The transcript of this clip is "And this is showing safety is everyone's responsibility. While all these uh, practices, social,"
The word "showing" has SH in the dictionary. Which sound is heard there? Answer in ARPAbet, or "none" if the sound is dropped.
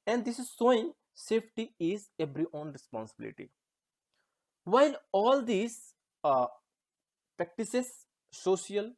S